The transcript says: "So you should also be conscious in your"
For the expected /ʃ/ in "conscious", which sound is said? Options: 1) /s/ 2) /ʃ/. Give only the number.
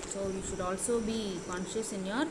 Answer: 2